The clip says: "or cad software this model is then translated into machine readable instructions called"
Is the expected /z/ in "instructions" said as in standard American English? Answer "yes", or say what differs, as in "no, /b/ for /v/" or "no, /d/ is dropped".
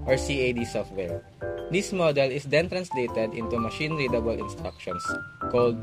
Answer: no, /s/ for /z/